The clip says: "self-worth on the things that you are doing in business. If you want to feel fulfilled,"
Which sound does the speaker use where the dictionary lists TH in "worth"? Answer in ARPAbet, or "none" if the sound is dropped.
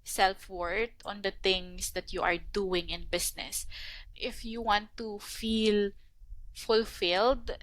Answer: T